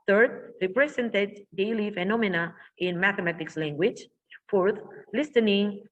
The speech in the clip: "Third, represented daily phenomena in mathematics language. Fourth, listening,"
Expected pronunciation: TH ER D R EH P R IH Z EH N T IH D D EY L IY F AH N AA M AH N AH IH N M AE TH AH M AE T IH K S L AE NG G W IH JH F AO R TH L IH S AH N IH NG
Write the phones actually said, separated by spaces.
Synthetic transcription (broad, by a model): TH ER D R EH P R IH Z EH N T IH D D EY L IY F AH N AA M AH N AH IH N M AE TH AH M AE T IH K S L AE NG G W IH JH F AO R TH L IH S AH N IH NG